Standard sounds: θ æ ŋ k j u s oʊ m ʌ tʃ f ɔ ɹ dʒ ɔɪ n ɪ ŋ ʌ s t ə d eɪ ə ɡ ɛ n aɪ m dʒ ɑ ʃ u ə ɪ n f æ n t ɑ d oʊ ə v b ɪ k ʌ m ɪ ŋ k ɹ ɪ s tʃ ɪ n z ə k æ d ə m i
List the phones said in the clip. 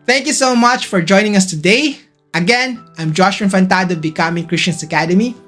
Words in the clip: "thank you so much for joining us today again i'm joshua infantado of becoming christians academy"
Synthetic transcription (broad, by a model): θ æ ŋ k j u s oʊ m ʌ tʃ f ɔ ɹ dʒ ɔɪ n ɪ ŋ ʌ s t ə d eɪ ə ɡ ɛ n aɪ m dʒ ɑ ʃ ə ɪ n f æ n t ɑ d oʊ b ɪ k ʌ m ɪ ŋ k ɹ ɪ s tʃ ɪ n s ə k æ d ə m i